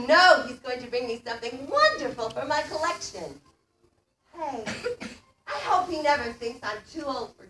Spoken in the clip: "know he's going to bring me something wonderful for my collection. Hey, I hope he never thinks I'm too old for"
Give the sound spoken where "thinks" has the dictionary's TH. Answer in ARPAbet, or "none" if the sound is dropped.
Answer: TH